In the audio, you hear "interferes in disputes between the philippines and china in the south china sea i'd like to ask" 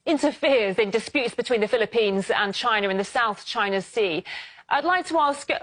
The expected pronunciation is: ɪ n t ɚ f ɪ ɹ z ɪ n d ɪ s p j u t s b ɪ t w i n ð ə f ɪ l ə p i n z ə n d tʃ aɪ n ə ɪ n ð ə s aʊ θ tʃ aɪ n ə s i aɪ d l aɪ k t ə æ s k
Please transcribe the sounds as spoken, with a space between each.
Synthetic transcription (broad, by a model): ɪ n t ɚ f ɪ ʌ z ɪ n d ɪ s p j u t s b ɪ t w i n ð ə f ɪ l ə p i n z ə n tʃ aɪ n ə ɪ n ð ə s aʊ θ tʃ aɪ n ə s i aɪ d l aɪ k t ə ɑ s k